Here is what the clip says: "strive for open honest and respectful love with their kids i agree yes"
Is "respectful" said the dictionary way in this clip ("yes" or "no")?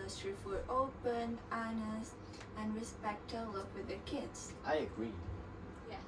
no